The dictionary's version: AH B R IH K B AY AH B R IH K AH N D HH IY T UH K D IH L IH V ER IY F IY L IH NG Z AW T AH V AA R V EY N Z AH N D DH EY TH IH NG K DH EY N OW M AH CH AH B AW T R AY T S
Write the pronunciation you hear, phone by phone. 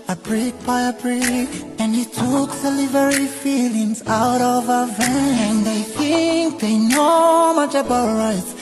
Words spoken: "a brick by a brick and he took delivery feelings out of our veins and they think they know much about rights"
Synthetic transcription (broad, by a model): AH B R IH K B AY AH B R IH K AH N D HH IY T UH K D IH L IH V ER IY F IY L IH NG Z AW T AH V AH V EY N AH N DH EY TH IH NG K DH EY N OW M AH CH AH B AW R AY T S